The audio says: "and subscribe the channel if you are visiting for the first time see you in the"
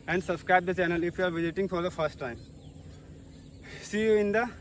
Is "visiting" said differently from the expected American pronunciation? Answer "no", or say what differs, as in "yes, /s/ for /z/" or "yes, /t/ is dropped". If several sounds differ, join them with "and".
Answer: no